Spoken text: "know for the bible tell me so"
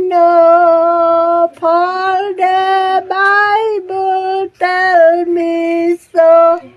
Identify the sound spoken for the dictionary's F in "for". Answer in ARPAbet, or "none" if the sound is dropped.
P